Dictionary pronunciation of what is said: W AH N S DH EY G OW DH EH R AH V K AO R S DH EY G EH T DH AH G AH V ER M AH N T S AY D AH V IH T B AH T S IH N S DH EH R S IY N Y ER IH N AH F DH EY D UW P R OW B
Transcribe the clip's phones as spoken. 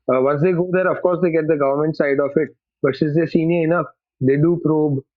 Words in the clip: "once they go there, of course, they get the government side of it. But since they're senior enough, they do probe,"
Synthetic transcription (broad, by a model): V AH N S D EY G OW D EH R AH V K AO R S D EY G EH T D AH G AH V ER M AH N T S AY D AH F IH T B AH T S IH S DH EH S IY N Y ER IH N AH F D EY D UW P R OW B